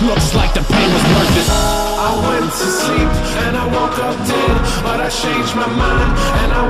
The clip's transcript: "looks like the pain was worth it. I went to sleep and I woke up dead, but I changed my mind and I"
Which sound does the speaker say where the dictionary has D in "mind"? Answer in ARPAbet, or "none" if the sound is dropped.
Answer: none